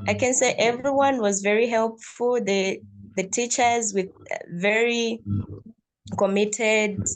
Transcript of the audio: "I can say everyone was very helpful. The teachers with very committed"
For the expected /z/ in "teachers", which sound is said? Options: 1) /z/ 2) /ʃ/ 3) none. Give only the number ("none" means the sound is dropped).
1